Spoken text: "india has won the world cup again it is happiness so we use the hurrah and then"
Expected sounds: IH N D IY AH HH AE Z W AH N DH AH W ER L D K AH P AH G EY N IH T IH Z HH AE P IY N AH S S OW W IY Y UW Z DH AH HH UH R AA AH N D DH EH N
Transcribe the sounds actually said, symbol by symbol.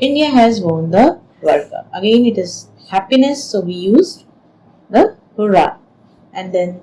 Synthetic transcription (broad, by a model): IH N D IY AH HH AE Z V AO N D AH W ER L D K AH AH G EY N IH T IH Z HH AE P IY N AH S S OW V IY Y UW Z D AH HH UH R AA AH N D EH N